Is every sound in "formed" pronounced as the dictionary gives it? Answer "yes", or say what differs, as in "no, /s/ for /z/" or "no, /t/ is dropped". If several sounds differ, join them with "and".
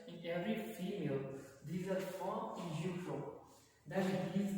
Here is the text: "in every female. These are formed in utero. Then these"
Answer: no, /d/ is dropped